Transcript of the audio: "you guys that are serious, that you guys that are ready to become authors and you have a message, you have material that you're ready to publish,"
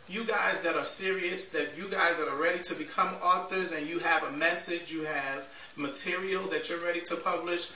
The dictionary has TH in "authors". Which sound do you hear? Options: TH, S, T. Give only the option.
TH